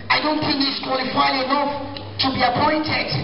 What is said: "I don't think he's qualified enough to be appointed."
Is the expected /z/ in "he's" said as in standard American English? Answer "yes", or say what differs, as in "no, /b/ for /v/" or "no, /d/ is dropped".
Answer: no, /s/ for /z/